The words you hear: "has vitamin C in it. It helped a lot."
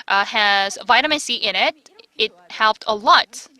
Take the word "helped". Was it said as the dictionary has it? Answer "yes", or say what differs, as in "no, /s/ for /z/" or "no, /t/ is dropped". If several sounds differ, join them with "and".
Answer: yes